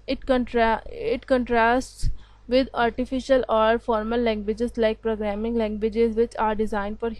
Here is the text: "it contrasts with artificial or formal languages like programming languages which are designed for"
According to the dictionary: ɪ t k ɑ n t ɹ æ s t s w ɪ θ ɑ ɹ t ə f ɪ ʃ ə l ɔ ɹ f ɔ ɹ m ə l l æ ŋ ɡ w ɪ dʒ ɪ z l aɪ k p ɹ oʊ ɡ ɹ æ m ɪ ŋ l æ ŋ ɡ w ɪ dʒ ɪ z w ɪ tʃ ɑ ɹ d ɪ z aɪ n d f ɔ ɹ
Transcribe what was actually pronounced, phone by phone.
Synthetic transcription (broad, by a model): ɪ t k ɑ n t ɹ æ s t s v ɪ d ɑ ɹ t ə f ɪ ʃ ə l ɔ ɹ f ɔ ɹ m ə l l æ ŋ ɡ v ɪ dʒ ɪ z l aɪ k p ɹ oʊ ɡ ɹ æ m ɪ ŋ l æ ŋ ɡ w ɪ dʒ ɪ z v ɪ tʃ ɑ ɹ d ɪ z aɪ n d f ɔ ɹ